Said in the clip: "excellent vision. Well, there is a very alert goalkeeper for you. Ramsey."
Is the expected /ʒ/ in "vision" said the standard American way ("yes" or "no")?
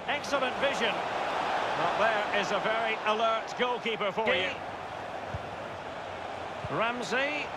yes